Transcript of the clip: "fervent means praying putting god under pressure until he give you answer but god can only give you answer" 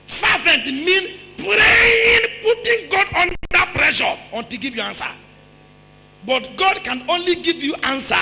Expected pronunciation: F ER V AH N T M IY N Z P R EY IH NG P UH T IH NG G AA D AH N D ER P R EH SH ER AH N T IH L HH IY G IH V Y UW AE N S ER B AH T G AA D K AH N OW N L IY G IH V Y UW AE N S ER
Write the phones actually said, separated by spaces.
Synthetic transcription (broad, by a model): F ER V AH N T M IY N P R EY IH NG P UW T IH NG G AA D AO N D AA P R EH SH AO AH N T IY G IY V Y UW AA N S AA B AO T G AA D K AH N OW N L IY G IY V Y UW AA N S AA